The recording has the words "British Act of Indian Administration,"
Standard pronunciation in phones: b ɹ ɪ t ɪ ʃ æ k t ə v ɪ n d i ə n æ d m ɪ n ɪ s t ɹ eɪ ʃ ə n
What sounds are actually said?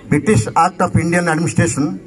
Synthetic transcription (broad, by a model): b ɹ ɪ t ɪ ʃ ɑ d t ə p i n d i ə n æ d m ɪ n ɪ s t ɹ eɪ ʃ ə n